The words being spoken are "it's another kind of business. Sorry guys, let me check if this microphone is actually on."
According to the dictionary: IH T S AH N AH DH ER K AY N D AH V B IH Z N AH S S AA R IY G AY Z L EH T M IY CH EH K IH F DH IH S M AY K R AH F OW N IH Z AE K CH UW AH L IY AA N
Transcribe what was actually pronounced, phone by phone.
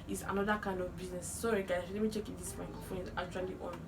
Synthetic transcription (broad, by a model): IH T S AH N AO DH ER K AY N D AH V B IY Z N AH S S AA R IY G AY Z L EH T M IY CH EH K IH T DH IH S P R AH IH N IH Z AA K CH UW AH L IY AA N